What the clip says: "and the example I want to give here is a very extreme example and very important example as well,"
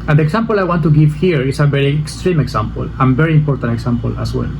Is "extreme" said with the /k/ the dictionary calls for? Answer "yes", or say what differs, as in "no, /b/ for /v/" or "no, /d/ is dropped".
yes